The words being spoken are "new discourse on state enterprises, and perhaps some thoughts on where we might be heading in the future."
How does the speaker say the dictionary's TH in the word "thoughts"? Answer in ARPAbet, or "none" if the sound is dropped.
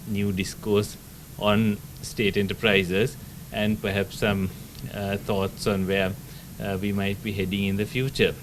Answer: T